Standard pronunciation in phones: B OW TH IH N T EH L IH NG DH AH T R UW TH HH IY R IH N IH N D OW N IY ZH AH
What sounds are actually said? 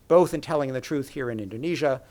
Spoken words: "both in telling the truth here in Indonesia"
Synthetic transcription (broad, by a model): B OW TH IH N T EH L IH NG DH AH T R UW TH HH IY R IH N IH N D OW N IY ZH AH